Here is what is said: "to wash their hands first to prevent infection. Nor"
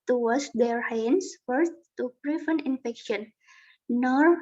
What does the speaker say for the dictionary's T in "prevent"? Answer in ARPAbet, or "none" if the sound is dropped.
none